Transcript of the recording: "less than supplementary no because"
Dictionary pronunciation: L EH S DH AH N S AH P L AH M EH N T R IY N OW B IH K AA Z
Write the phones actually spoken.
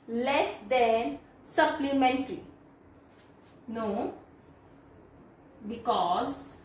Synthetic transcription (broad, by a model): L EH S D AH N S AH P L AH M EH N T L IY N OW B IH K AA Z